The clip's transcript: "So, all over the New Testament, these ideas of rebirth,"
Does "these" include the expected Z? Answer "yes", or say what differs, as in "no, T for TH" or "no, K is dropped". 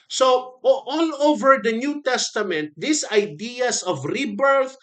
no, S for Z